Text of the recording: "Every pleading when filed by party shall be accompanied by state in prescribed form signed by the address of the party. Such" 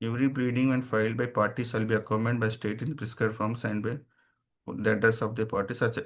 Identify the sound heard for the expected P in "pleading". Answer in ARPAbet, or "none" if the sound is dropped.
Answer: B